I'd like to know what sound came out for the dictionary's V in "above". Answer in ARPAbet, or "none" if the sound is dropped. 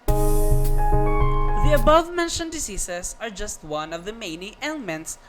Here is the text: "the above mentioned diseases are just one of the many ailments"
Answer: V